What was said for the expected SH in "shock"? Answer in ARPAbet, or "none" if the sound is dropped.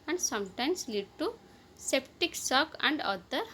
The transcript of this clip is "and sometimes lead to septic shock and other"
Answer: S